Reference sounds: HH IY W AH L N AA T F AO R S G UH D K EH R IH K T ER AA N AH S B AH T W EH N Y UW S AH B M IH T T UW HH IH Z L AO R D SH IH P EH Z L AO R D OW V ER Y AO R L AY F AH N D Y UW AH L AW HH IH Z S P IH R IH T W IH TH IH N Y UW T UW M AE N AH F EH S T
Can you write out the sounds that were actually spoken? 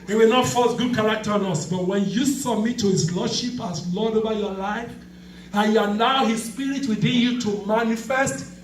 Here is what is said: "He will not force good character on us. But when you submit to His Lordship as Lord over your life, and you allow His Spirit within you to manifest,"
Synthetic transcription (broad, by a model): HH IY W AH L N AA T F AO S G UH D K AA R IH K T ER AA N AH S B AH T W EH N Y UW S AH M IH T T UW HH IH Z L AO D SH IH P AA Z L AO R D OW V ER Y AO L AY F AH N Y UW AH L AW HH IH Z S P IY R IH T W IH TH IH N Y UW T UW M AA N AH F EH S T